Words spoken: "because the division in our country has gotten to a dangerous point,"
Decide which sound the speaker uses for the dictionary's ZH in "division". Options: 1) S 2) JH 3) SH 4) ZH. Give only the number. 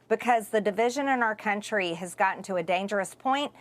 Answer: 4